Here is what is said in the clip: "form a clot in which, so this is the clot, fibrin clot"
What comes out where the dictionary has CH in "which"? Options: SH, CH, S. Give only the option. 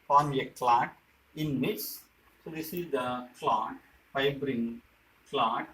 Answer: S